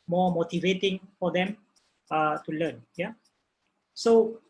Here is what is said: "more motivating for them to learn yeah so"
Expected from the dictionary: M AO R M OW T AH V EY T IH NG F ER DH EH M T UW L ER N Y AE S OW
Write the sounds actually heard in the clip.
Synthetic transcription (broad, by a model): M AO M OW T AH V EY T IH NG F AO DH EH M T UW L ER N Y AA S OW